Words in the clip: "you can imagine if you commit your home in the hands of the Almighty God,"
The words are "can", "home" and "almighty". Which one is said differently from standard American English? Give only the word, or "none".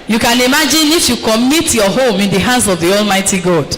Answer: none